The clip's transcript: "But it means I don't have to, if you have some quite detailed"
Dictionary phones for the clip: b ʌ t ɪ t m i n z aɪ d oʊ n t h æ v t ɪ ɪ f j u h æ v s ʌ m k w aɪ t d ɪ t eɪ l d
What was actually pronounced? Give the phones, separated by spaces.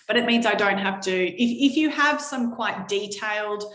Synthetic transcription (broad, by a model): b ʌ t ɪ t m i n z aɪ d oʊ n t h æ f t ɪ ɪ f j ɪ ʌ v s ʌ m k w aɪ t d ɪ t eɪ l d